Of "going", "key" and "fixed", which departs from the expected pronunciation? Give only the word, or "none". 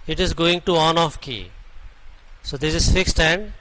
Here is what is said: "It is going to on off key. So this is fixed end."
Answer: none